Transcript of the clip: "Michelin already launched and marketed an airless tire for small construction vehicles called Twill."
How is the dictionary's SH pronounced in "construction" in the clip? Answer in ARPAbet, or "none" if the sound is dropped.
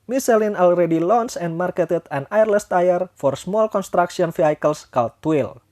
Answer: S